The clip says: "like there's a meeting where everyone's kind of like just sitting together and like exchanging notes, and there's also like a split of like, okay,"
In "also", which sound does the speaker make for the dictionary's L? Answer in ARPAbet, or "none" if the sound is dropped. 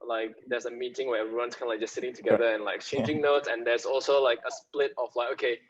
L